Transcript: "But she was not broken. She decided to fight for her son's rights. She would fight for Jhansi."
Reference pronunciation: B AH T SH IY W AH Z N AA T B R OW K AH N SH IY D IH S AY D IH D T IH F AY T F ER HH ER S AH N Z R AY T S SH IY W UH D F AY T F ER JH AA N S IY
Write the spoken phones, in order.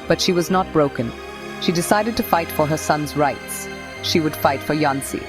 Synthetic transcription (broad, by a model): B AH T SH IY W AH Z N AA T B R OW K AH N SH IY D IH S AY D IH D T IH F AY T F ER HH ER S AH N Z R AY T S SH IY W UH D F AY T F ER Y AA N S IY